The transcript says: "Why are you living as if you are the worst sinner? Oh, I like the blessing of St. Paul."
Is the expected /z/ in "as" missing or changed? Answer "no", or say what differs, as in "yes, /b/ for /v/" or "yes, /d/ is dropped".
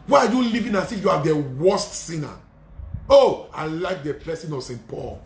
yes, /s/ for /z/